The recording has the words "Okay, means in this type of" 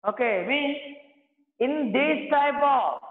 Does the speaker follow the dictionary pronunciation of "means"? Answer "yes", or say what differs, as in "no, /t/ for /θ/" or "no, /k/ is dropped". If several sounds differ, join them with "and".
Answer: no, /z/ is dropped